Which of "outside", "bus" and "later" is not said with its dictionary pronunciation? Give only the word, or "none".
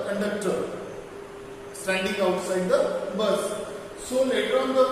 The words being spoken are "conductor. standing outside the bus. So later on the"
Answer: later